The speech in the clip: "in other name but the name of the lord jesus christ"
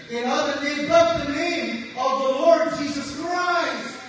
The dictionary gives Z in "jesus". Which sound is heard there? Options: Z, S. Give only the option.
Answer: Z